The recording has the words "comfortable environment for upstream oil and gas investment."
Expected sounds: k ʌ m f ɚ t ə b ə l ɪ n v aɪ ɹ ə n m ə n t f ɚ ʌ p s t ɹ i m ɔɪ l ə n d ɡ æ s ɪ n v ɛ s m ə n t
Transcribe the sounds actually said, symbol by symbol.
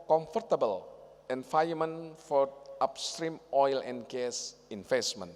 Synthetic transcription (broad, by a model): k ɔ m f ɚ t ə b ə l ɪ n f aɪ ə m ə n f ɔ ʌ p s t ɹ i m ɔɪ l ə n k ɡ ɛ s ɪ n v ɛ s m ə n